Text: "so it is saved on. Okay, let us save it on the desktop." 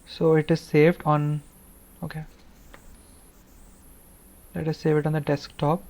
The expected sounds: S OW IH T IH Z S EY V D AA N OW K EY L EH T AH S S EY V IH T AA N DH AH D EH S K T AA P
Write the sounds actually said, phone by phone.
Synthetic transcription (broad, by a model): S OW IH T IH Z S EY V D AA N OW K EY L EH T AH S S EY V IH T AA N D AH D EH S K T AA P